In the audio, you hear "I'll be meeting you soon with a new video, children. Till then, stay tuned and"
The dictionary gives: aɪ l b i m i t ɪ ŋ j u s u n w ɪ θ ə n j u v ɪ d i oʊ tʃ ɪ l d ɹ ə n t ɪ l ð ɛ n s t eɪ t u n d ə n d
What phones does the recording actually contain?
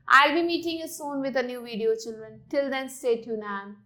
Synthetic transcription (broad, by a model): aɪ l b i m i t ɪ ŋ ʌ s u n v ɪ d ə n j u v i d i oʊ tʃ ɪ l d ɹ ə n t ɪ l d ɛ n s t eɪ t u n ə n